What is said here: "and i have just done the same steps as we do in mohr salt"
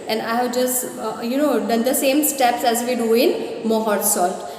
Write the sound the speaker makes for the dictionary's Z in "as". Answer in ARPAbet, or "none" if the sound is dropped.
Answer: Z